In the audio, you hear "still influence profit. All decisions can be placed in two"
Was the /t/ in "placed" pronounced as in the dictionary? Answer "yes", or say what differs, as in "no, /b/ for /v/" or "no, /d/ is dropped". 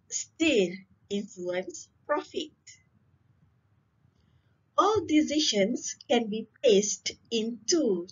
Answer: yes